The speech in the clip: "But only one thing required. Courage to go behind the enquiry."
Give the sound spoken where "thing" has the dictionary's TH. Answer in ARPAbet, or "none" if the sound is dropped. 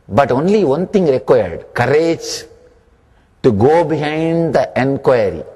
T